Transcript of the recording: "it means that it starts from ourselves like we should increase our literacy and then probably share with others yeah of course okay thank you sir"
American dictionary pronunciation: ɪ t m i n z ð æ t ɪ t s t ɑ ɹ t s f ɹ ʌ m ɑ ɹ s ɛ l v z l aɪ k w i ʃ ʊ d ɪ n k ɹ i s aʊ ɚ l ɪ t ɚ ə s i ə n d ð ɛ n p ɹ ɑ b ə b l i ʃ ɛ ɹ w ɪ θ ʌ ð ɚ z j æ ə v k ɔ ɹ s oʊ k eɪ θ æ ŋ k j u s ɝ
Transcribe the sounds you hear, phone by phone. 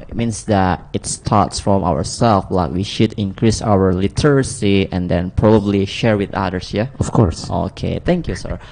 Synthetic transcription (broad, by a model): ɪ t m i n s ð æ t ɪ t s t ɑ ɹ t s f ɹ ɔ m ɑ w s ɛ l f l aɪ k w i ʃ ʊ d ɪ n k ɹ i s aʊ ɚ l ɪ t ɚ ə s i ə n d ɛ n p ɹ ɑ b ə b l i ʃ ɛ ɹ w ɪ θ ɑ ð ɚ s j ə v k ɔ ɹ s oʊ k eɪ t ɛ ŋ k j u s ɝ